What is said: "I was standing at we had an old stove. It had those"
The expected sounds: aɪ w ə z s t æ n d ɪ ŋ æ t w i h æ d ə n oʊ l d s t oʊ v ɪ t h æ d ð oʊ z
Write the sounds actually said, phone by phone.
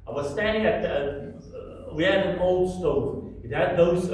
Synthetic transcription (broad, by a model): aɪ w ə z s t æ n d ɪ ŋ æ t w i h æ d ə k oʊ l d s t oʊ ɪ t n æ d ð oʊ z